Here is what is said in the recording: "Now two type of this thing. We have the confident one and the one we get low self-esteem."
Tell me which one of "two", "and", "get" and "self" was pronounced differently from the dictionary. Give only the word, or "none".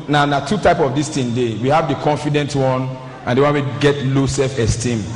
self